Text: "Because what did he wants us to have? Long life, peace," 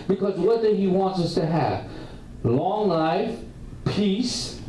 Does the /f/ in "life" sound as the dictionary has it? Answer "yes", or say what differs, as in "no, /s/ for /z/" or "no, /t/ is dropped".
yes